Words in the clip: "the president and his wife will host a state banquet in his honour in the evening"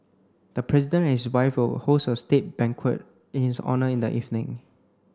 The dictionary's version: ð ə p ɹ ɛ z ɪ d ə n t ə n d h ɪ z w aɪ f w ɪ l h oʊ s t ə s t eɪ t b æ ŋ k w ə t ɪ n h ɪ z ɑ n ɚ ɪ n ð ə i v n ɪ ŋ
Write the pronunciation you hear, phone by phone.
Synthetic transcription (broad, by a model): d ə p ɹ ɛ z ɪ d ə n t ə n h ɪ s w aɪ f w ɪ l h oʊ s ə s t eɪ t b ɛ ŋ k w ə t ɪ n h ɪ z ɑ n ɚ ɪ n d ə i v n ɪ ŋ